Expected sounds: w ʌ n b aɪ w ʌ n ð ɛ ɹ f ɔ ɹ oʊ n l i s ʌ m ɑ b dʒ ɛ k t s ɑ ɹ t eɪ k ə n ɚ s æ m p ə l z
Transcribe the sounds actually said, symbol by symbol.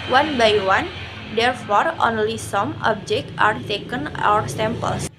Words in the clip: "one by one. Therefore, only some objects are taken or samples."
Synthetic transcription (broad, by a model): w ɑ n b aɪ w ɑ n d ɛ ɹ f ɔ ɹ oʊ n l i s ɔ m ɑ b dʒ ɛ k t ɑ ɹ t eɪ k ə n ɚ s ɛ m p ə l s